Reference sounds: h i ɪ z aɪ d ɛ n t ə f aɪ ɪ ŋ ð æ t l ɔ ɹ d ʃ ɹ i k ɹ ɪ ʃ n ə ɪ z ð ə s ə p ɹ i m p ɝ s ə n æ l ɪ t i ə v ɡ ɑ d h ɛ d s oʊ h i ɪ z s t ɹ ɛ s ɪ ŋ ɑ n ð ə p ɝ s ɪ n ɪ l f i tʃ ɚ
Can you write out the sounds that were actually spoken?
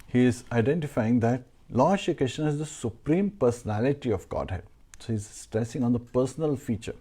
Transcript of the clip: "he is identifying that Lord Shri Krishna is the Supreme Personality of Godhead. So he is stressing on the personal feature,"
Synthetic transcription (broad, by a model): h i ɪ z aɪ d ɛ n t ə f aɪ ɪ ŋ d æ t l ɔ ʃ i k ɹ ɪ ʃ n ə ɪ z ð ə s ə p ɹ i m p ɝ s ə n æ l ɪ t i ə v ɡ ɑ d h ɛ d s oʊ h i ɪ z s t ɹ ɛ s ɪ ŋ ɑ n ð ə p ɝ s ɪ n ɪ l f i tʃ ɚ